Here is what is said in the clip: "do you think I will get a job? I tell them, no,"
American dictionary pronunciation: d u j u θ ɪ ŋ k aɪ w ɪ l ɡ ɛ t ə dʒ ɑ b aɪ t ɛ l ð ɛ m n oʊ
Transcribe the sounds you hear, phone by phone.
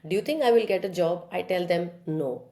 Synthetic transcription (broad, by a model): d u j u t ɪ ŋ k aɪ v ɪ l ɡ ɛ t ə dʒ ɑ b aɪ t ɛ l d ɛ m n oʊ